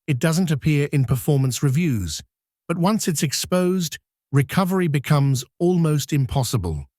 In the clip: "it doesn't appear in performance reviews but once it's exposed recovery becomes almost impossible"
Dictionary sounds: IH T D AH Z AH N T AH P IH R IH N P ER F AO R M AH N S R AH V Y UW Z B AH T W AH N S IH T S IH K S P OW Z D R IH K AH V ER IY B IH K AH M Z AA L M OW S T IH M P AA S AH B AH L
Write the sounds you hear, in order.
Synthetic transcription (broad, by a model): IH T D AH Z AH N T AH P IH R IH N P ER F AO R M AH N S R AH V Y UW Z B AH T W AH N S IH T S IH K S P OW Z D R IH K AH V ER IY B IH K AH M Z AA L M OW S T IH M P AA S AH B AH L